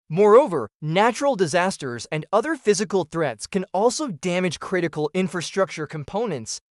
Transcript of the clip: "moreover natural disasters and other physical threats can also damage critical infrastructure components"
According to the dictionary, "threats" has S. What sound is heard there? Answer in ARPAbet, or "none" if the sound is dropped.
S